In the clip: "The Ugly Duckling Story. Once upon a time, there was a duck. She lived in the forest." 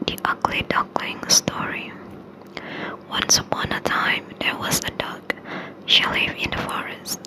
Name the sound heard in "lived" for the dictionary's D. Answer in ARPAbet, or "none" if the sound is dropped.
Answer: none